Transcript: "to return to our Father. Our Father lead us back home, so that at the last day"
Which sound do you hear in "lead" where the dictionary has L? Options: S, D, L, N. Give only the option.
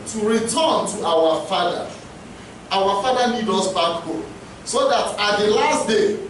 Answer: N